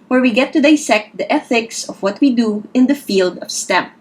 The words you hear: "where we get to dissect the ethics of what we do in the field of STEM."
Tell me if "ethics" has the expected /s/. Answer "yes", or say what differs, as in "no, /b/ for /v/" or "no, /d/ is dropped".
yes